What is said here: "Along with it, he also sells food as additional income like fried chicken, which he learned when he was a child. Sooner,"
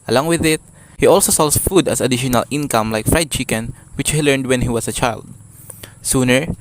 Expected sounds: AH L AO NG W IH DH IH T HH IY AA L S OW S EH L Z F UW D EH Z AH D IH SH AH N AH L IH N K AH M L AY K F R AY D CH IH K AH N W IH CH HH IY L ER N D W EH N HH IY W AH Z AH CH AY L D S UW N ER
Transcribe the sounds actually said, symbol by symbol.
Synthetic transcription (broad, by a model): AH L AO NG W IH DH IH T HH IY AA L S OW S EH L S F UW D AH S AH D IH SH AH N AH L IH N K AH M L AY K F R AY D CH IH K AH N W IH CH HH IY L ER N D W EH N HH IY W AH S AH CH AY L D S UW N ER